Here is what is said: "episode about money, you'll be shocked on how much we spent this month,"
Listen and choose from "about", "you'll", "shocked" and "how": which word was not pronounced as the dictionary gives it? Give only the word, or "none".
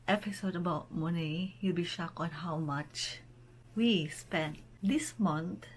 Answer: shocked